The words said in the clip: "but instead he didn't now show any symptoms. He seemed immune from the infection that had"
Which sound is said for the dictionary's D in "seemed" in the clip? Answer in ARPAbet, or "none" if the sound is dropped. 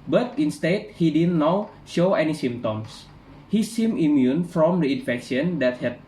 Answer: none